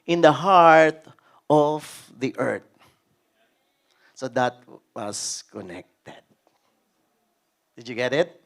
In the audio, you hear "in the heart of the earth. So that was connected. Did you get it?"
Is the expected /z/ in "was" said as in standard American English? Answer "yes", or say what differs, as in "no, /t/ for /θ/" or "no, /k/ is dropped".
no, /s/ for /z/